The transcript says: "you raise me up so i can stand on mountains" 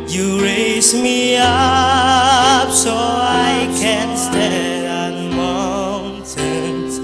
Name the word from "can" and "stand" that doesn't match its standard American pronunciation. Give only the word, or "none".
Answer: stand